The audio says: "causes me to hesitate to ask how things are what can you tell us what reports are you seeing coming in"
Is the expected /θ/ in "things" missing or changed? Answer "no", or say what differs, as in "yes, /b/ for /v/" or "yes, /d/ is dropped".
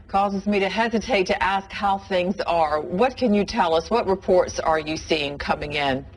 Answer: no